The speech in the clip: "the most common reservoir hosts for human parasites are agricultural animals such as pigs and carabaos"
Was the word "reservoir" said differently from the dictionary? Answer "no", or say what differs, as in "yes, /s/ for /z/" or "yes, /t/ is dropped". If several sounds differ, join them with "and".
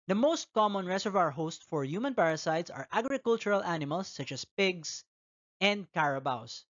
yes, /s/ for /z/